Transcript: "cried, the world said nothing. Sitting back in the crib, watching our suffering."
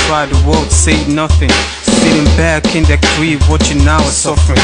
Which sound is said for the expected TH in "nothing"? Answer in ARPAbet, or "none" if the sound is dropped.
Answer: TH